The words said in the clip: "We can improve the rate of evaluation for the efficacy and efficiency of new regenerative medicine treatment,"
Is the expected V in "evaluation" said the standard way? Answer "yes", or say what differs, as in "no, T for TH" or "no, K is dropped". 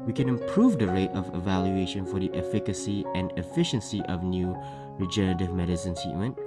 yes